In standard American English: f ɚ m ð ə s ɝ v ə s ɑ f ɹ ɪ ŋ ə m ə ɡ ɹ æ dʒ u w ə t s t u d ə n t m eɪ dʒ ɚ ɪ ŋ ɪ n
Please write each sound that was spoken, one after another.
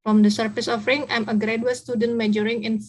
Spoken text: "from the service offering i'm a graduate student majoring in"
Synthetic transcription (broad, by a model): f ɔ m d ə s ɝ f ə s ɑ f ɹ ɪ ŋ ə m ə ɡ ɹ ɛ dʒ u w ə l s t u d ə n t m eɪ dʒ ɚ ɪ ŋ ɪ n